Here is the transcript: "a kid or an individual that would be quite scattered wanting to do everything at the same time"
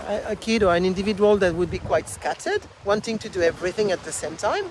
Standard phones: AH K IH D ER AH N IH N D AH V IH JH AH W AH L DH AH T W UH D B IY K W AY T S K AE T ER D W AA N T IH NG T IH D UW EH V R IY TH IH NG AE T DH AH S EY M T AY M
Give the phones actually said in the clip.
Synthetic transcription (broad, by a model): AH K IH D ER AH N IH N D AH V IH JH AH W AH L DH AH T W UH D B IY K W AY T S K AE T ER D W AA N T IH NG T IH D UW EH V R IY TH IH NG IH T DH AH S EY M T AY M